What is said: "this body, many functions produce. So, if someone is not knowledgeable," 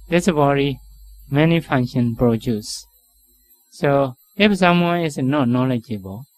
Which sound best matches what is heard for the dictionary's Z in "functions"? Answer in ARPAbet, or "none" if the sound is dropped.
none